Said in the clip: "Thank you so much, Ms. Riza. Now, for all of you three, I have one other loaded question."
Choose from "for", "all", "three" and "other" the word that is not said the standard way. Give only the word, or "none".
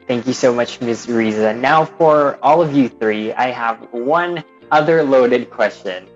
none